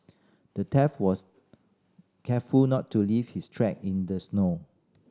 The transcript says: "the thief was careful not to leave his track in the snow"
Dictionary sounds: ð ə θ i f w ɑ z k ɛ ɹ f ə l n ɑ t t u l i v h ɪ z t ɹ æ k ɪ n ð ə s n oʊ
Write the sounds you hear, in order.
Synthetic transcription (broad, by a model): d ə t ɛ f w ɑ s k ɛ f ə l n ɑ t t u l i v h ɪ s t ɹ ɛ k ɪ n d ə s n oʊ